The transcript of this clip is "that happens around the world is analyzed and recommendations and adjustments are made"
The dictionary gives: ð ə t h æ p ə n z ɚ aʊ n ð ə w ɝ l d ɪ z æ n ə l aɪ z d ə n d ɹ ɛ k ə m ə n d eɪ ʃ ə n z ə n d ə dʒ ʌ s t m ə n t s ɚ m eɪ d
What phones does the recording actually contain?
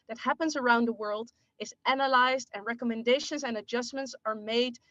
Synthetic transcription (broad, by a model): ð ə t h æ p ə n z ɚ aʊ n ð ə w ɝ l d ɪ z æ n ə l aɪ z d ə n ɹ ɛ k ə m ə n d eɪ ʃ ə n z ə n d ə dʒ ʌ s m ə n t s ɚ m eɪ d